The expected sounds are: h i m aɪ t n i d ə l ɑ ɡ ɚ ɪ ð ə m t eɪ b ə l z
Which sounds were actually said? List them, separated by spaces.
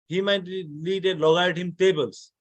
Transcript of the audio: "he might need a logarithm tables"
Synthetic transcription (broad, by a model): h i m aɪ t l i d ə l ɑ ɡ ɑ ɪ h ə m t eɪ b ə l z